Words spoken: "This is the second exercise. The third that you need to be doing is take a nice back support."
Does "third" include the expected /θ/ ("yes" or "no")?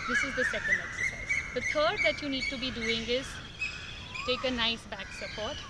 no